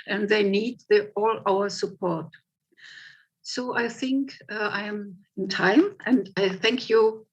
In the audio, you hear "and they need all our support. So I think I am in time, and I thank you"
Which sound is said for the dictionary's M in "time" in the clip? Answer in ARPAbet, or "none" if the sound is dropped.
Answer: M